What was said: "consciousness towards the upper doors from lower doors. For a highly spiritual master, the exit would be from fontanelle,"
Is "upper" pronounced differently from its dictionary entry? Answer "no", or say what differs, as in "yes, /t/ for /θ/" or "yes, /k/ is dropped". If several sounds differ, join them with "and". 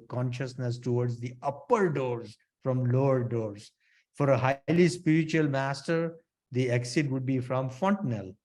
no